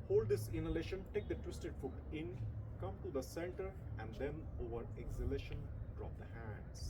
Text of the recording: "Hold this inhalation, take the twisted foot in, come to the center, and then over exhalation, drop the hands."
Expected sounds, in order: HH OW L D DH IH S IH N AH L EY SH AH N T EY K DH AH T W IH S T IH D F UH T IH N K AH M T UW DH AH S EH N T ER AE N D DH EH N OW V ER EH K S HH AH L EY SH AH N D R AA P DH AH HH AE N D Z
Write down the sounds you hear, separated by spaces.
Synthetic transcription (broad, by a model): HH OW L D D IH S IH N AH L EY SH AH N T EY K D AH T W IH S T IH D F UH T IH N K AH M T UW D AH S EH L T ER AE N D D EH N OW V ER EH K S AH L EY SH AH N D R AA P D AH HH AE N D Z